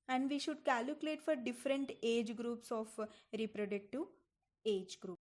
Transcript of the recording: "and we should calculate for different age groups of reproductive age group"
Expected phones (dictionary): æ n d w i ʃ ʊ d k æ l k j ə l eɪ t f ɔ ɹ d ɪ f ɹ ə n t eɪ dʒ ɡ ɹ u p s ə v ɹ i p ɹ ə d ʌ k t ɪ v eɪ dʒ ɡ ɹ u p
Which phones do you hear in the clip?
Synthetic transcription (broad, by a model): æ n d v i ʃ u d k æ l k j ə l eɪ t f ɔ ɹ d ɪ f ɹ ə n t eɪ dʒ ɡ ɹ u p s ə f ɹ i p ɹ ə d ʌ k t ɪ eɪ dʒ ɡ ɹ u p